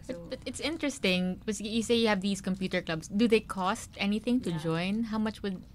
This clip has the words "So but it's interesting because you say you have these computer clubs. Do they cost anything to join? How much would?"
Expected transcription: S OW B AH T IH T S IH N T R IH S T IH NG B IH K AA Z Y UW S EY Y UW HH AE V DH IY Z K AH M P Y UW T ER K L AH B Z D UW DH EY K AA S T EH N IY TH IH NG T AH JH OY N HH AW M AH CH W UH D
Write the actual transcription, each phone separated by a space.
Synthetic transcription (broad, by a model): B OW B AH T IH T S IH N T R IH S T IH NG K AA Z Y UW S EY Y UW HH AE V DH IY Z K AH M P Y UW T ER K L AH B S D UW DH EY K AA S T EH N IY TH IH NG T AH JH OY N HH AW M AH CH W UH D